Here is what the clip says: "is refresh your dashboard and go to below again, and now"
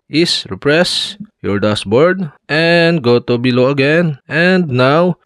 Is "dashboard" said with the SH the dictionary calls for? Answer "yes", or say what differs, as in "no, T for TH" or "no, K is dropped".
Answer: no, S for SH